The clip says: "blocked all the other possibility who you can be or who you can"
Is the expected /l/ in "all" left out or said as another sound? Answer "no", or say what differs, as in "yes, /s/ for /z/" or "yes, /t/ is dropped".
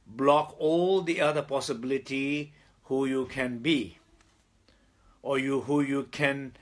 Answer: no